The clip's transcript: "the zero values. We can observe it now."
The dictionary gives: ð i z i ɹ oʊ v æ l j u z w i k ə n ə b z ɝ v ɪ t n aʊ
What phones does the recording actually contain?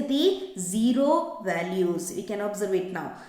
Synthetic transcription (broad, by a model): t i z i ɹ oʊ v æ l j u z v i k ə n ə b z ɝ v ɪ t n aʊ